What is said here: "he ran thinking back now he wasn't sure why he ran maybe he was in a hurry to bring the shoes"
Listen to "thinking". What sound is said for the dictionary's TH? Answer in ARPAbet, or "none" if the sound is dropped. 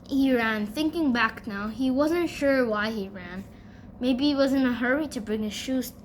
TH